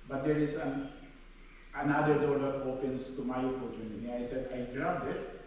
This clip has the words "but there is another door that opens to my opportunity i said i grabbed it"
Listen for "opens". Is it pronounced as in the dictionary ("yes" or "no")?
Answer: no